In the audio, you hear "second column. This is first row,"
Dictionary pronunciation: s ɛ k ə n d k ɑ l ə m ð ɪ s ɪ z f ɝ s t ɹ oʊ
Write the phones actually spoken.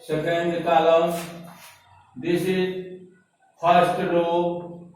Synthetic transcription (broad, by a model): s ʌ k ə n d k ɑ l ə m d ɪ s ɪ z p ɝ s t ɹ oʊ